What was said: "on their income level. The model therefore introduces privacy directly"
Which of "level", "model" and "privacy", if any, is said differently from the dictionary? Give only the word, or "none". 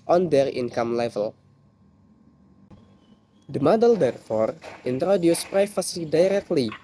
privacy